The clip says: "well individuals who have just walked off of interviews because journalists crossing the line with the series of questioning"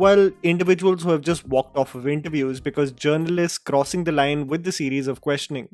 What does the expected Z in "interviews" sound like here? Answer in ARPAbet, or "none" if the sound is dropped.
Z